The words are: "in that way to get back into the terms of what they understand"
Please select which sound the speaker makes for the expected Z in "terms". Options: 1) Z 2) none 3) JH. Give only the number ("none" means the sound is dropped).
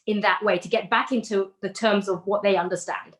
1